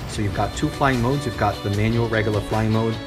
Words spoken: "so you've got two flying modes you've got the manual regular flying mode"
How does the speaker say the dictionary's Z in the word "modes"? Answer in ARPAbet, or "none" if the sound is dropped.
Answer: Z